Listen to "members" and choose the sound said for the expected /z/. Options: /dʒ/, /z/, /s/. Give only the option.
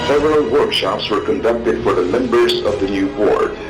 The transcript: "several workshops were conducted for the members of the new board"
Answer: /z/